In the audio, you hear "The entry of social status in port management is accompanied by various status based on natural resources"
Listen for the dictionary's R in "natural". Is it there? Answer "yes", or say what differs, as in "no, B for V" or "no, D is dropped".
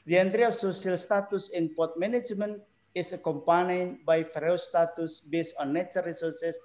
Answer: no, R is dropped